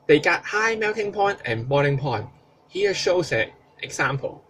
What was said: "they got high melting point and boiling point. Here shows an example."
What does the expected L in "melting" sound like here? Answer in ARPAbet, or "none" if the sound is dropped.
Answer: W